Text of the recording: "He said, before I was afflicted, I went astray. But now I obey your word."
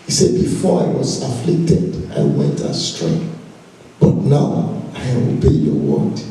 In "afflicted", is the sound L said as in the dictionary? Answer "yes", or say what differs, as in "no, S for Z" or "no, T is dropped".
yes